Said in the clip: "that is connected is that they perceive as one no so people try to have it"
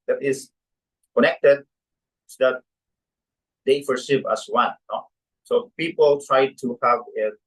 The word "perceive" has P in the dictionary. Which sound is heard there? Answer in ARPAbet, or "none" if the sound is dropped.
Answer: F